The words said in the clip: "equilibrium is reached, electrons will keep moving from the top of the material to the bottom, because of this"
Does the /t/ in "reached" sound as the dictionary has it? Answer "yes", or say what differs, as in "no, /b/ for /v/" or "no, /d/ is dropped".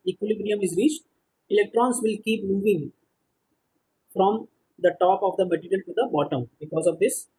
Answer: yes